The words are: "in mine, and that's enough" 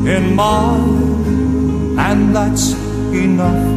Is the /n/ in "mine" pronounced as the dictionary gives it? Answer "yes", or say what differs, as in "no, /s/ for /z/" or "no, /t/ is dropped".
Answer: no, /n/ is dropped